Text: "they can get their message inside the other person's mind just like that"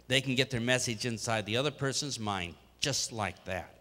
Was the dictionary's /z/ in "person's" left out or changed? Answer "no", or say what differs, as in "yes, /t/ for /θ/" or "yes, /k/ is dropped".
no